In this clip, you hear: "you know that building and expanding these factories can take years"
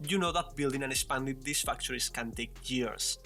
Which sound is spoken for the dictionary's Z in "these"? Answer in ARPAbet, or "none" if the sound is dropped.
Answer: S